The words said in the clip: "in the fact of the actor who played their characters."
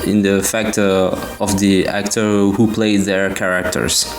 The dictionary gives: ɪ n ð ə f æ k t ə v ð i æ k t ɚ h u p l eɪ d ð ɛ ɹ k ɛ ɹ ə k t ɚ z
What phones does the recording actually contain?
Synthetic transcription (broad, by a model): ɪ n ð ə f æ k t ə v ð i æ k t ɚ h u p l eɪ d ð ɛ ɹ k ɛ ɹ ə k t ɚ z